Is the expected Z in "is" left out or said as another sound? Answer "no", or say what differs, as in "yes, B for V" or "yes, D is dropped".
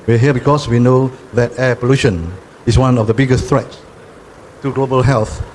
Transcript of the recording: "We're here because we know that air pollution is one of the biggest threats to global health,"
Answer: yes, S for Z